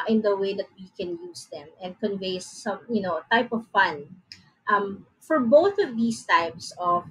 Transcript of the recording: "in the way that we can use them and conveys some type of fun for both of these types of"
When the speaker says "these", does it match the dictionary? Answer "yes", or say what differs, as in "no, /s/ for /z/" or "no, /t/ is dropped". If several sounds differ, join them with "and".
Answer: no, /s/ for /z/